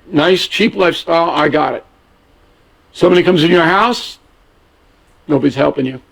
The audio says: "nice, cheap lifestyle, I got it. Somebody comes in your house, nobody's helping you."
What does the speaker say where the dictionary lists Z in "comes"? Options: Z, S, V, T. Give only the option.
Z